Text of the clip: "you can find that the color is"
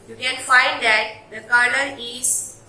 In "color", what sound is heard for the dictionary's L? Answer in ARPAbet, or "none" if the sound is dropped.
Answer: N